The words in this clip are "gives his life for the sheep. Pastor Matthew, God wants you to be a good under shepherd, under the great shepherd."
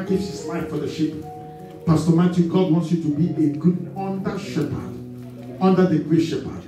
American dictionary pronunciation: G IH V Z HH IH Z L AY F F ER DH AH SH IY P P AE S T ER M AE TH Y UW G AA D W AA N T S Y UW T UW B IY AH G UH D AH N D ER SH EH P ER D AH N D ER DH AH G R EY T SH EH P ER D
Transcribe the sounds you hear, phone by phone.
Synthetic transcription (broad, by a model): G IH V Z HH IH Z L AY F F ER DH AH SH IY P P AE S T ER M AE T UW G AA D W AA N T S Y UW T UW B IY AH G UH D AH N D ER SH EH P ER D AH N D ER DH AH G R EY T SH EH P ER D